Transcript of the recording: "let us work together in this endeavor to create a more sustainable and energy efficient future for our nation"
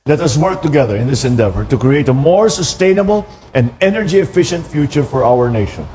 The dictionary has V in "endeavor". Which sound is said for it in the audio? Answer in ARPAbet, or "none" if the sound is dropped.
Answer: V